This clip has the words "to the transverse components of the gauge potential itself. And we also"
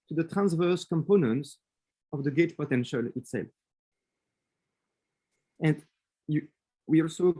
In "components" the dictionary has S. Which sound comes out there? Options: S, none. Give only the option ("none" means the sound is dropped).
S